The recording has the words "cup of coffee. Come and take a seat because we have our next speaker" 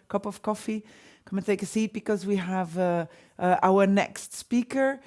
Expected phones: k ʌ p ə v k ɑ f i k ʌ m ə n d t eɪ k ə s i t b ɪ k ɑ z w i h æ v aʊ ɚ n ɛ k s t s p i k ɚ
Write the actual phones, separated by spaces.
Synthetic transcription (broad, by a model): k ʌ p ə v k ɑ f i k ʌ m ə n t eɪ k ə s i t b ɪ k ɑ z w i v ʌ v aʊ ɚ n ɛ k s t s p i k ɚ